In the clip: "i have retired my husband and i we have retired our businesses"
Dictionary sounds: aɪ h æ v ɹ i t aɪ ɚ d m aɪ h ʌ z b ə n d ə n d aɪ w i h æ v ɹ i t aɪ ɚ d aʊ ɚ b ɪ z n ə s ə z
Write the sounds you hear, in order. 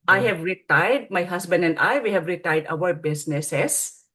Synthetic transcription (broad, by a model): aɪ h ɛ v ɹ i t aɪ d m aɪ h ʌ s b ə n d ə n d aɪ w i h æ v ɹ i t aɪ d aʊ ɚ b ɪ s n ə s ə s